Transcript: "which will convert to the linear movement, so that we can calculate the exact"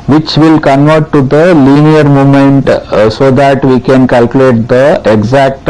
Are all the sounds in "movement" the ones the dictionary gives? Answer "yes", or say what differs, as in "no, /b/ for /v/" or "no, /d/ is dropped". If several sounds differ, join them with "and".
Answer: no, /v/ is dropped